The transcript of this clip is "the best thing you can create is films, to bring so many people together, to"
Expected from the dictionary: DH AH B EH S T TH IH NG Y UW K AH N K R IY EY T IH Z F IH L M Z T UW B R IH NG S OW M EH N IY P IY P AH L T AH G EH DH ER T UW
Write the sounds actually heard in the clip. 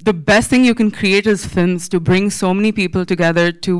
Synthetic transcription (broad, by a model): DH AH B EH S T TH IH NG Y UW K AH N K R IY EY T IH Z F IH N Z T UW B R IH NG S OW M EH N IY P IY P AH L T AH G EH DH ER T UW